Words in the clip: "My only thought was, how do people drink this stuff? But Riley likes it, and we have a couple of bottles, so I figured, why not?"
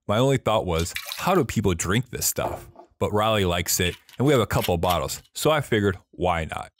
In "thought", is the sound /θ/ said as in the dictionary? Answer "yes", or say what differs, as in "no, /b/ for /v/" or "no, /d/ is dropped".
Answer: yes